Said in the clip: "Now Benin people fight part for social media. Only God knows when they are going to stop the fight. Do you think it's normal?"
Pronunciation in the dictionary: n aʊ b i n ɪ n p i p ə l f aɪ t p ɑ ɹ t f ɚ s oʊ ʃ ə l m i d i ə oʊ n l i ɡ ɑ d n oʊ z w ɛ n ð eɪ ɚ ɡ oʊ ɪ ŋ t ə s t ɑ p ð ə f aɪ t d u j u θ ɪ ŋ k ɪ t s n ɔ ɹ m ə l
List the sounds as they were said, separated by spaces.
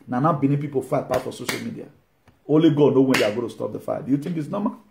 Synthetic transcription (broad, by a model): n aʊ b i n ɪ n p i p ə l f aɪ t p ɑ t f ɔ s oʊ ʃ ə l m i d i ə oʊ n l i ɡ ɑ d n oʊ w ɛ n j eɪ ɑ ɡ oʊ t ə s t ɑ p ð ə f aɪ d u j u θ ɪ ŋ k ɪ t s n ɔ m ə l